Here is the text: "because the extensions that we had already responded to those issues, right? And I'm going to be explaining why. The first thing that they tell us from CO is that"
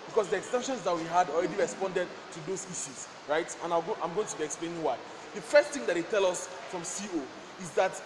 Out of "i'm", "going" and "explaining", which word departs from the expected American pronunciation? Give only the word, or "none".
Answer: none